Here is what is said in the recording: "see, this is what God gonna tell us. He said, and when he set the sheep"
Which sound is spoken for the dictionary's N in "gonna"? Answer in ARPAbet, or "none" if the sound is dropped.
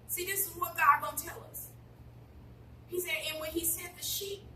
none